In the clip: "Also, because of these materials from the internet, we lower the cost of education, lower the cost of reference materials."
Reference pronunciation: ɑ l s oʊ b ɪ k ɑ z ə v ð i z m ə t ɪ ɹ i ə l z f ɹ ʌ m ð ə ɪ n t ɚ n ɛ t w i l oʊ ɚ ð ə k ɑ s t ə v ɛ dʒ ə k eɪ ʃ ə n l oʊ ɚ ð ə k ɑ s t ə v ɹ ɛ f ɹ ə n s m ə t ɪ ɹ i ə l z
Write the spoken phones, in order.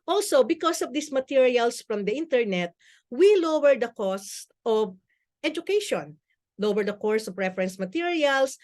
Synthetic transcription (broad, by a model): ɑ l s oʊ b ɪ k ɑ s ə v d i s m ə t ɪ ɹ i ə l s f ɹ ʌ m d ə ɪ n t ɚ n ɛ t w i l oʊ ɚ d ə k ɑ s t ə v ɛ dʒ ə k eɪ ʃ ə n l oʊ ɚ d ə k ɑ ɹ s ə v ɹ ɛ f ɹ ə n s m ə t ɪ ɹ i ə l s